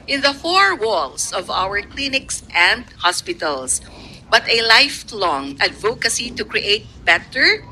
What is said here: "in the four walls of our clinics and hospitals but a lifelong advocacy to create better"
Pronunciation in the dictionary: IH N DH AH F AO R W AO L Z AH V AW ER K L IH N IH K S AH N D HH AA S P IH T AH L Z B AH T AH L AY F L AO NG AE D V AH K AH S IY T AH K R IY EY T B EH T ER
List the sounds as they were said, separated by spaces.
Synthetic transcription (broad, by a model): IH N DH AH F AO R W AO L S AH V AW ER K L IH N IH K S AH N D HH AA S P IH T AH L S B AH T AH L AY F L AO NG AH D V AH K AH S IY T AH K R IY EY T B EH T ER